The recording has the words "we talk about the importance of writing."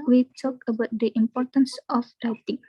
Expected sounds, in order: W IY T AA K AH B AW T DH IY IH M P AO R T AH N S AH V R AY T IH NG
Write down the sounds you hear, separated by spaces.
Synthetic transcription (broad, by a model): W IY T AA K AH B AW T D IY IH M P AO R T AH N S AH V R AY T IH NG